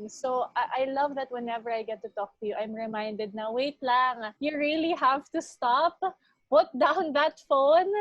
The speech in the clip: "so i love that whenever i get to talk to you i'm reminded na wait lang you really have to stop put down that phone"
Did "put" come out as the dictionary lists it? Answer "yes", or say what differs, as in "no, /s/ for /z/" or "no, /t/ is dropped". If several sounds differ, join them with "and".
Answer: no, /b/ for /p/